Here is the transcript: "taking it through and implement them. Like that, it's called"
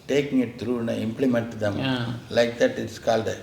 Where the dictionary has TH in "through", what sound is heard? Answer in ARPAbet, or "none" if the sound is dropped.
T